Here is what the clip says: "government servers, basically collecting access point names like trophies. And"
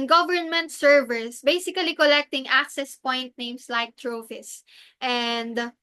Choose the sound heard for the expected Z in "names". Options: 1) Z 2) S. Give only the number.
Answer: 2